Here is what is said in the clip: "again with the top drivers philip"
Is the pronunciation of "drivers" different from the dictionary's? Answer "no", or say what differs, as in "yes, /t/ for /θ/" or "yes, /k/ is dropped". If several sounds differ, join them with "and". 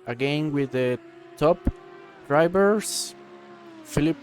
yes, /b/ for /v/ and /s/ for /z/